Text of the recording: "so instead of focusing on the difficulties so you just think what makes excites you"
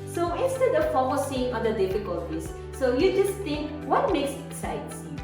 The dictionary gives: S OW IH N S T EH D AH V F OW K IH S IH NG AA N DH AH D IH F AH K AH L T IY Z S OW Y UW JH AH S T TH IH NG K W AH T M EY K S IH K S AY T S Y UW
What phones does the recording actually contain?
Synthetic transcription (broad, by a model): S OW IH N S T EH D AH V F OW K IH S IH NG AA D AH D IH F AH K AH L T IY S OW Y UW JH AH S T T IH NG K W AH T M EY K S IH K S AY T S